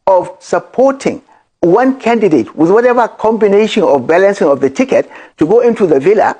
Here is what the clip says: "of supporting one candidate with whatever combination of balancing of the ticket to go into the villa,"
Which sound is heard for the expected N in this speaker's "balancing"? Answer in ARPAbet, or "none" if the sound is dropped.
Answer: N